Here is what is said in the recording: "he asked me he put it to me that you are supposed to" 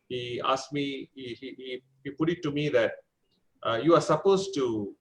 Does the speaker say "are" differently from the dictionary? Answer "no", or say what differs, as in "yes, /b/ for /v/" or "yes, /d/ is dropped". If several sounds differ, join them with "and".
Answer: no